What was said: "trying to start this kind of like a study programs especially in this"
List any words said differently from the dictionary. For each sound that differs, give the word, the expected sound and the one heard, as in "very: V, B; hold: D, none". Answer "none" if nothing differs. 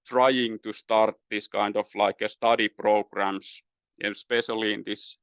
of: V, F; programs: Z, S